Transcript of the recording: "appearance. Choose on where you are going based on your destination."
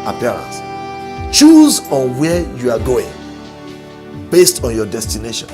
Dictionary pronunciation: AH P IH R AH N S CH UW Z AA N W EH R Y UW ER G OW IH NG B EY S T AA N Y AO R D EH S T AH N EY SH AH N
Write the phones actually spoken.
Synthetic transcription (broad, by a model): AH P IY R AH N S CH UW Z AA N W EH Y UW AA G OW IH NG B EY S T AA N Y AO D EH S T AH N EY SH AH N